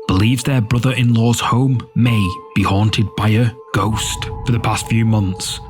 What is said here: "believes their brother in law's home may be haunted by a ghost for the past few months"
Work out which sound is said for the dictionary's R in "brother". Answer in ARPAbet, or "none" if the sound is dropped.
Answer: R